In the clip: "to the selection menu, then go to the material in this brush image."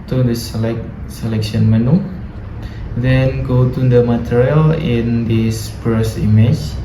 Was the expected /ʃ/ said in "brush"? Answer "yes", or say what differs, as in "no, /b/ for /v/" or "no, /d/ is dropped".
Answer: no, /s/ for /ʃ/